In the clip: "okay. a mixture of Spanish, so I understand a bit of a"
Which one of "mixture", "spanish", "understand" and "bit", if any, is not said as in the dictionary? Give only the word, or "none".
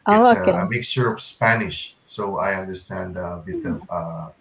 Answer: mixture